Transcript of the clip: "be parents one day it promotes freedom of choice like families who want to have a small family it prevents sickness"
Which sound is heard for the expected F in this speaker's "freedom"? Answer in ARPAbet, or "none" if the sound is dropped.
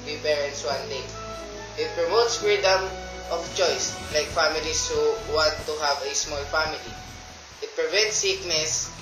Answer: F